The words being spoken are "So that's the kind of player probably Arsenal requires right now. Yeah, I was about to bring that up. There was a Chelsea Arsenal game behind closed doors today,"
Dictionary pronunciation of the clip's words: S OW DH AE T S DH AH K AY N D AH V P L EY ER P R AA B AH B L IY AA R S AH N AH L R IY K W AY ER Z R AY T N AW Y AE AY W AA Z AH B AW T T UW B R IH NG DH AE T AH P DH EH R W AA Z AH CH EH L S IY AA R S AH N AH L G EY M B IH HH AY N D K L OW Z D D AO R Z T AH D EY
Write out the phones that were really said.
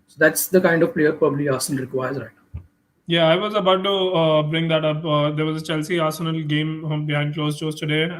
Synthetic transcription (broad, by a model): S OW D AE T S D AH K AY N D AH V P L EY ER P R AA B AH B L IY AA R S AH N AH L R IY K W AY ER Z R AY T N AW Y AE AY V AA Z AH B AW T T UW B R IH NG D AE T AH P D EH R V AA Z AH CH EH L S IY AA R S AH N AH L G EY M B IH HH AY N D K L OW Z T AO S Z T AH D EY